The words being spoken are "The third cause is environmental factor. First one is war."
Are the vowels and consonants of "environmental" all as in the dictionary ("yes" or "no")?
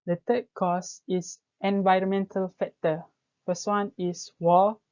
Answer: yes